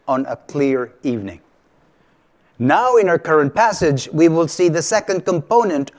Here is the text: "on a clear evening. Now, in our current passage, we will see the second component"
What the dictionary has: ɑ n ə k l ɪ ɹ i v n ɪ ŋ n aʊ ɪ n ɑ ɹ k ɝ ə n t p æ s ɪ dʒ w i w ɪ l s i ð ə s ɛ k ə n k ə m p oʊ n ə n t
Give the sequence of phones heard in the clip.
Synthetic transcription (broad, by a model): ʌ n ə k l ɪ ɹ i v n ɪ ŋ n aʊ ɪ n ɑ ɹ k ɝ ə n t p æ s ɪ dʒ w i w ɪ l s i ð ə s ɛ k ə n k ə m p oʊ n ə n t